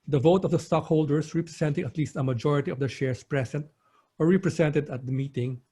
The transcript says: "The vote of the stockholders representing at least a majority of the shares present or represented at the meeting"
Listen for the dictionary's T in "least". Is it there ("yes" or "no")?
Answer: yes